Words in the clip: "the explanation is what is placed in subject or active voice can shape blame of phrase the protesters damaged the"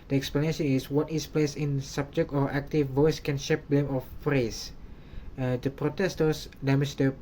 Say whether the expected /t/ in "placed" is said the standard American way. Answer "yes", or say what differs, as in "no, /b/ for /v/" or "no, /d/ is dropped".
no, /t/ is dropped